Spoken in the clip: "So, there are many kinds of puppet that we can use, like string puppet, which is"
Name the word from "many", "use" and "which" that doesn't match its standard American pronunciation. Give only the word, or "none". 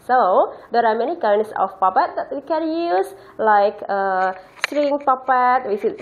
which